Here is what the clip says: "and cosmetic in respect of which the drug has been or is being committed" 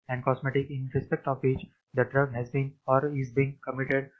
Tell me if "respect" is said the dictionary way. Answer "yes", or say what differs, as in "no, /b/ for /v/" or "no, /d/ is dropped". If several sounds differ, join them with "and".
yes